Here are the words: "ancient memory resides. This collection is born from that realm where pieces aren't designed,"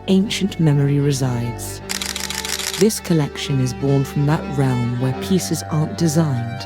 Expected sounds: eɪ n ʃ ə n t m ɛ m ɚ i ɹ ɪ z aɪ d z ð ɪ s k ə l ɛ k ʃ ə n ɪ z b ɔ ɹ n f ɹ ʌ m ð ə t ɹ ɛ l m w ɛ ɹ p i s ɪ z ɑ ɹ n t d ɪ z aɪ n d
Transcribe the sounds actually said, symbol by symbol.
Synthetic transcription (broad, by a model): eɪ n ʃ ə n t m ɛ m ɚ i ɹ ɪ z aɪ d z ð ɪ s k ə l ɛ k ʃ ə n ɪ z b ɔ ɹ n f ɹ ʌ m ð ə t ɹ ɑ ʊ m w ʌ ɹ p i s ɪ z ɑ ɹ n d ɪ z aɪ n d